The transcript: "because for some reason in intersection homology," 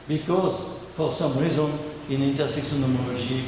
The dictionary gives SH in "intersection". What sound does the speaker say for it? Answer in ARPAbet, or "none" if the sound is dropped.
S